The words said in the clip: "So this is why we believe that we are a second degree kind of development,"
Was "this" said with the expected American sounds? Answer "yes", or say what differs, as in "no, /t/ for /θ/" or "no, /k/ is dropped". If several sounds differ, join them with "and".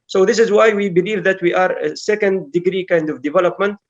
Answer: yes